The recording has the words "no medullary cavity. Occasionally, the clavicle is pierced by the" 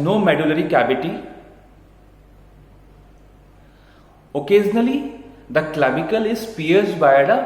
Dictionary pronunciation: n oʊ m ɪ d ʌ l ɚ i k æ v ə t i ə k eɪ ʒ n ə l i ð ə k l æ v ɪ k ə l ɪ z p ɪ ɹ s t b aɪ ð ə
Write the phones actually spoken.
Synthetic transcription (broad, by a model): n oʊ m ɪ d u l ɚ i k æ b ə t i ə k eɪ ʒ n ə l i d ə k l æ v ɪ k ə l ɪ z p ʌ ɹ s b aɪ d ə